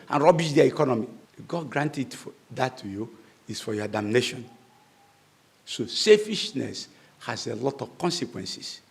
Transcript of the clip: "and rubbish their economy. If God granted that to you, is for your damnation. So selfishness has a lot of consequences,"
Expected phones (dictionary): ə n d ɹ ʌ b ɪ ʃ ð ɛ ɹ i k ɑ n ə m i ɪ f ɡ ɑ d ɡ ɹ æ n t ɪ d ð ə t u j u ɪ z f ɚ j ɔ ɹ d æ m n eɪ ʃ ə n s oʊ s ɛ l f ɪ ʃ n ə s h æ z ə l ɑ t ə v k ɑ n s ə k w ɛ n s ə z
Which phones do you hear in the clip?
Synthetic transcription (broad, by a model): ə n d ɹ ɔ b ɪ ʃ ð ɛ i k ɑ n ə m i ɡ ɑ d ɡ ɹ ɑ n t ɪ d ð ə t u j u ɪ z f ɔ j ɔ d æ m n eɪ ʃ ə n s oʊ s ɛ f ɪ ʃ n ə s h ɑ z ə l ɑ t ə v k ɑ n s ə k w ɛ n s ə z